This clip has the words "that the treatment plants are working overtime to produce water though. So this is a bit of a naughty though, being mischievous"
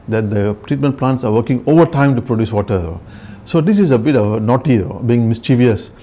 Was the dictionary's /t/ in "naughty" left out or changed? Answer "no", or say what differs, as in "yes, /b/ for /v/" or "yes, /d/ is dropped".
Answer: no